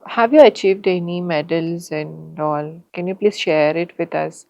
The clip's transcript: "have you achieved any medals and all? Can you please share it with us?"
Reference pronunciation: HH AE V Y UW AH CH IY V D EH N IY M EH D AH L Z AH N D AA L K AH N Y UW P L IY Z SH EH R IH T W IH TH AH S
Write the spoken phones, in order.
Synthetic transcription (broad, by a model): HH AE V Y UW AH CH IY V D EH N IY M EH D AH L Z AH N D AA L K AH N Y UW P L IY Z SH EH R IH T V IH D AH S